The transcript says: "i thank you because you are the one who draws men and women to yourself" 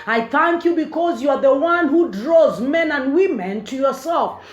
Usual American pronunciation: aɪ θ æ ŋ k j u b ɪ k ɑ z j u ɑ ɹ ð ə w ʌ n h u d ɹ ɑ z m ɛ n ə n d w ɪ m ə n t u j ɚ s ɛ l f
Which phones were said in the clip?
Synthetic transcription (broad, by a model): aɪ θ æ ŋ k j u b ɪ k ɑ z j u ɑ ɹ ð ə w ʌ n h u d ɹ ɑ z m ɛ n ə n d w ɪ m ə n t u j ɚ s ɛ l f